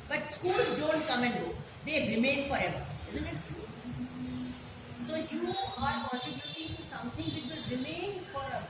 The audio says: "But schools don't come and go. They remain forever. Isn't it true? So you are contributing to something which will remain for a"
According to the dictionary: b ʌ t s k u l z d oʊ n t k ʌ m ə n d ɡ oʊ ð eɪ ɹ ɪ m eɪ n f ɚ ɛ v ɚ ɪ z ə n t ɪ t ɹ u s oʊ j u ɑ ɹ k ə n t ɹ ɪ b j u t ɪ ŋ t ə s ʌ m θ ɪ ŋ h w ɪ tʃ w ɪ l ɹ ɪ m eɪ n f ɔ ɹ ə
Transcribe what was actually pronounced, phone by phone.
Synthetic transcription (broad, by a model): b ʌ t s k u l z d oʊ n t k ʌ m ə n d ɡ oʊ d eɪ ɹ ɪ m eɪ n f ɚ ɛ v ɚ ɪ z ə n t ɪ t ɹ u s oʊ j u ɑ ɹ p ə t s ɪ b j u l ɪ t ə s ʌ m t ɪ ŋ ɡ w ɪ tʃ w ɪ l ɹ ɪ m eɪ n f ɔ ɹ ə